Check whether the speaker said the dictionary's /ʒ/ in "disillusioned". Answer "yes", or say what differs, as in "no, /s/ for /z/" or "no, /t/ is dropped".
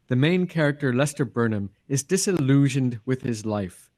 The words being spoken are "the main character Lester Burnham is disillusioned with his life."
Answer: yes